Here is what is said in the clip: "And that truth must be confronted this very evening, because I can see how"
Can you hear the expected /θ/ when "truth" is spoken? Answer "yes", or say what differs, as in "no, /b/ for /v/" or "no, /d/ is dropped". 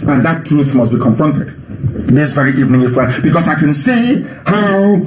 yes